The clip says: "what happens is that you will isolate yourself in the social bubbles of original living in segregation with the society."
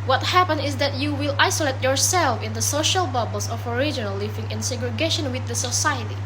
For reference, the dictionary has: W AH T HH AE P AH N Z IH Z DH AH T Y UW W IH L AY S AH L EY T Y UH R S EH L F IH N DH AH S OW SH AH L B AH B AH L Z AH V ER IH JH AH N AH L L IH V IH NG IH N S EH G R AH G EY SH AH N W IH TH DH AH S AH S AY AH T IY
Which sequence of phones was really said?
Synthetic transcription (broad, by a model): W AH T HH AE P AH N IH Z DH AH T Y UW W IH L AY S AH L EY T Y UH R S EH L F IH N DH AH S OW SH AH L B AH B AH L S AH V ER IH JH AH N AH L L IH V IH NG IH N S EH G R AH G EY SH AH N W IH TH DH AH S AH S AY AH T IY